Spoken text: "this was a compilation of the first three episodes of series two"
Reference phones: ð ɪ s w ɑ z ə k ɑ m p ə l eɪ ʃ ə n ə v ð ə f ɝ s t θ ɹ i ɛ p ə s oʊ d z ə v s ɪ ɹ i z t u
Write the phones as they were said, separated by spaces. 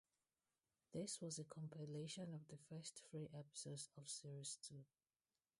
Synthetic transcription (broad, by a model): ð ɪ s w ɑ z ə k ɑ m p ə l eɪ ʃ ə n ə v ð ə f ɝ s t f ɹ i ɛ p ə s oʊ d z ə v s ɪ ɹ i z t u